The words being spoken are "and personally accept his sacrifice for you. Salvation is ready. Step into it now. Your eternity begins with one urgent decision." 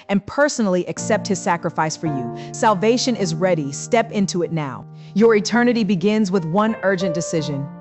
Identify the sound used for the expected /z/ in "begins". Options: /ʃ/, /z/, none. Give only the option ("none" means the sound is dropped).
/z/